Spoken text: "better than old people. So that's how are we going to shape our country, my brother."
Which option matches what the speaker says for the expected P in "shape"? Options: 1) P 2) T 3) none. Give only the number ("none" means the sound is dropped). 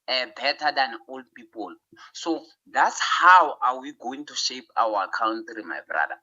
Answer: 1